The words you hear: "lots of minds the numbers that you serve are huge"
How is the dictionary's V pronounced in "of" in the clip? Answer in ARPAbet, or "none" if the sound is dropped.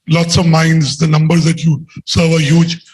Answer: V